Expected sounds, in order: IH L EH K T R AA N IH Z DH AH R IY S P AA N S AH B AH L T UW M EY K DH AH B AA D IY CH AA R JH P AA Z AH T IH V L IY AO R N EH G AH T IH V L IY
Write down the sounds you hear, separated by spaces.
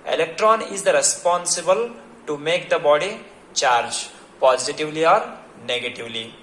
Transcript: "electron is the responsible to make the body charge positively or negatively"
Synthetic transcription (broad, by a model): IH L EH K T R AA N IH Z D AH R IY S P AA N S AH B AH L T UW M EY K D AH B AA D IY CH AA R JH P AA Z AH T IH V L IY AO R N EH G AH T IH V L IY